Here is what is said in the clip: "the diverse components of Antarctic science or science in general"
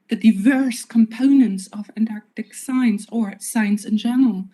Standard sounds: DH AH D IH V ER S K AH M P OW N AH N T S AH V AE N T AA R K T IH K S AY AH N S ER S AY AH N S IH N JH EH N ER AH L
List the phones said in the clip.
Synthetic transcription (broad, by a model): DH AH D IH V ER S K AH M P OW N AH N T S AH V AE N T AA R K T IH K S AY AH N S ER S AY AH N S IH N JH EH N ER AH L